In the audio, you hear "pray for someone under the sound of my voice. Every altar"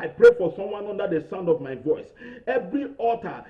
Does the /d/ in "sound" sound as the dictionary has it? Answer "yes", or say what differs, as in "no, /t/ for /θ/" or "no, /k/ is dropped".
yes